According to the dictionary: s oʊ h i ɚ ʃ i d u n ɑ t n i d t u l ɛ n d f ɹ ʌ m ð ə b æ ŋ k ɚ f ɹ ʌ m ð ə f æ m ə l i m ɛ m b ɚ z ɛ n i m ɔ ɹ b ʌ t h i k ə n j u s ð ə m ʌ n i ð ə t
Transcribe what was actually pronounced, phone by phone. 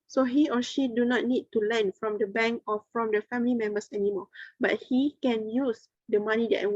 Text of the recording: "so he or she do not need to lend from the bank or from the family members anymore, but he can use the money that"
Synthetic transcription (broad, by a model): s oʊ h i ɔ ʃ i d u n ɑ t n i d t u l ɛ n f ɹ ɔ m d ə b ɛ ŋ k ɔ f ɹ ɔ m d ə f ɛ m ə l i m ɛ m b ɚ s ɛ n i m ɔ b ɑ t h i k ə n j u s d ə m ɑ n i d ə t